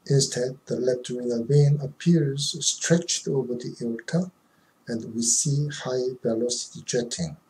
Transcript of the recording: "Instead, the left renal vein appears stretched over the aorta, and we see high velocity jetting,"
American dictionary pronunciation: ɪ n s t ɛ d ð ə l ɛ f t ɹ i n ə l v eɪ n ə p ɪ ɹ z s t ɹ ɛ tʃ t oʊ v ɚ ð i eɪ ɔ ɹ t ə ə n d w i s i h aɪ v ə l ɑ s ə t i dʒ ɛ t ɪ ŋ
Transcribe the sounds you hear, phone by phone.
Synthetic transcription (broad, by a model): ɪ n s t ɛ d ð ə l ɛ p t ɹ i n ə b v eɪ n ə p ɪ ɹ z s t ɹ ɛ tʃ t oʊ v ɚ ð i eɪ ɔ l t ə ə n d w i s i h aɪ b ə l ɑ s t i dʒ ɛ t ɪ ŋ